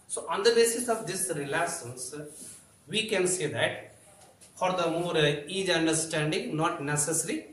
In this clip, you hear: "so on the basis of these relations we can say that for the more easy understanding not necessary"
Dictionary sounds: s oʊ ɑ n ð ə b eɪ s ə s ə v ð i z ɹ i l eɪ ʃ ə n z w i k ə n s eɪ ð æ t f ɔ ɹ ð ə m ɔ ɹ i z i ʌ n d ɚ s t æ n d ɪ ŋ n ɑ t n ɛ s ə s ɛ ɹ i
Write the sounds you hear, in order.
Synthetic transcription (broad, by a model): s oʊ ɑ n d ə b eɪ s ə s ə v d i s ɹ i l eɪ s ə n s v i k ə n s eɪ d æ t f ɔ ɹ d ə m ɔ ɹ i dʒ ʌ n d ɚ s t æ n d ɪ ŋ n ɑ t n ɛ s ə s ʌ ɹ i